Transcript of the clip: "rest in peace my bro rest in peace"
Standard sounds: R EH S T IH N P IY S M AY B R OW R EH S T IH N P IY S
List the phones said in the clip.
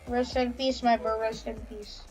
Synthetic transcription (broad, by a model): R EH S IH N P IY S M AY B OW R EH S IH N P IY S